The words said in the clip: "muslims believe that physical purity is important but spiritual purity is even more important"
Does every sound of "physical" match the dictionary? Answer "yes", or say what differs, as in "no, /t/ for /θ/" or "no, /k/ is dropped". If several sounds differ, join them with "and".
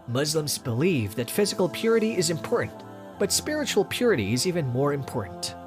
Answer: yes